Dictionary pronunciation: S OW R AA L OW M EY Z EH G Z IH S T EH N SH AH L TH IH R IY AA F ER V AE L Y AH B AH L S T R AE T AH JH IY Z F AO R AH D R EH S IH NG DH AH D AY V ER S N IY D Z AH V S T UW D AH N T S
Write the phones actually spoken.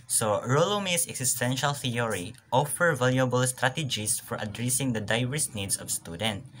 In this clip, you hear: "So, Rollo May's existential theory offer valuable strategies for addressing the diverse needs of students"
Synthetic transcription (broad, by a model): S OW R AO L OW M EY S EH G S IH S T EH N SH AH L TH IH R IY AA F ER V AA L Y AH B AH L S T R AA T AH JH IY S F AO R AH D R EH S IH NG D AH D AY V ER S N IY D S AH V S T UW D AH N T